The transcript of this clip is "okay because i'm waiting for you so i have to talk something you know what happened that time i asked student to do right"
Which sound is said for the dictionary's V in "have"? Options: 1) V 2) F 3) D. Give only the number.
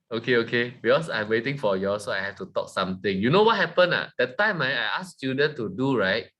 2